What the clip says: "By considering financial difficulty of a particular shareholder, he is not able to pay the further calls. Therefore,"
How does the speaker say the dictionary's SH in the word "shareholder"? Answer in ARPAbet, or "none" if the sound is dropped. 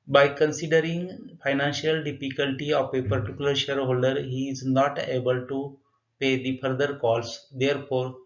SH